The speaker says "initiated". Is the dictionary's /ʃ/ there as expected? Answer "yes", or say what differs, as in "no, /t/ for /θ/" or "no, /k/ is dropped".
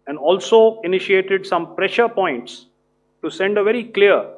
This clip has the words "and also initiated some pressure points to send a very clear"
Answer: yes